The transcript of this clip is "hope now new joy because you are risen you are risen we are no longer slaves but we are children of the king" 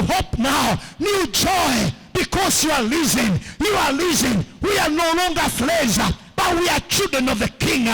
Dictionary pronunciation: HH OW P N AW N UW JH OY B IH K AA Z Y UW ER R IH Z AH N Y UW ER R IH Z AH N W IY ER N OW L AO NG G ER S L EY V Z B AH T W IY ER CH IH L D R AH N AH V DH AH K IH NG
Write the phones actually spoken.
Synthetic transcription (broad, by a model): HH OW P N AW N UW JH OY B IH K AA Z Y UW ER L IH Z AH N Y UW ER L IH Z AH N W IY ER N OW L AO NG G ER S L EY Z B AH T W IY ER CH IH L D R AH N AH V DH AH K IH NG